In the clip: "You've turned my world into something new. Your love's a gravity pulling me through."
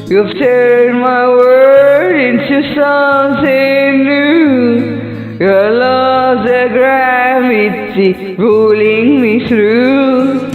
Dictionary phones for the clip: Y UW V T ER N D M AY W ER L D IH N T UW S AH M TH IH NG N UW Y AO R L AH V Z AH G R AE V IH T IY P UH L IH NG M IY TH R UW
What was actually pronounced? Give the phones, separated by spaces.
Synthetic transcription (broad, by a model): Y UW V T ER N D M AY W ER D IH N T UW S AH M S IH N UW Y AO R L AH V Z AH G R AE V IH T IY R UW L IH NG M IY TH R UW